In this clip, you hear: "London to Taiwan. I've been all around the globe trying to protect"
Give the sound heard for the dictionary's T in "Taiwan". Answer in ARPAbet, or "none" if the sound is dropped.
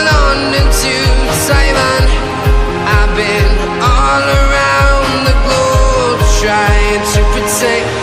S